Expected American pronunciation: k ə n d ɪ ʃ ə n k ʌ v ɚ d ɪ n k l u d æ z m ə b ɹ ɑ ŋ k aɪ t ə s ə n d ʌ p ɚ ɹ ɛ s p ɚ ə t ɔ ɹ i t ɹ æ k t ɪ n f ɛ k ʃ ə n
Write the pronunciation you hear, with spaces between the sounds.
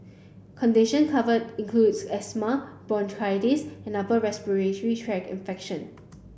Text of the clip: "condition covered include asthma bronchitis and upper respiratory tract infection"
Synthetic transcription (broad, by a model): k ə n d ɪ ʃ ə n k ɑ v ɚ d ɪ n k l u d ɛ s m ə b ɑ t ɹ aɪ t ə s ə n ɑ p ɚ ɹ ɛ s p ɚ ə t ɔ ɹ i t ɹ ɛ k ɪ n f ɛ k ʃ ə n